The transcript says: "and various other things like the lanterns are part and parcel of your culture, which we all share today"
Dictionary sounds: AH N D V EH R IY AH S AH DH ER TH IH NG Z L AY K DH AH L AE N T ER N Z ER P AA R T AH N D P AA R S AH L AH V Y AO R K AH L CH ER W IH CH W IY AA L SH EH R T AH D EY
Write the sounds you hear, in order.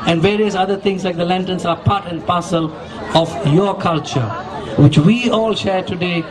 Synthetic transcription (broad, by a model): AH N D V EH R IY AH S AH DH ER T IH NG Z L AY K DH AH L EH N T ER N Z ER P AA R T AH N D P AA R S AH L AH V Y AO K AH L CH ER W IH CH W IY AA L SH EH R T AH D EY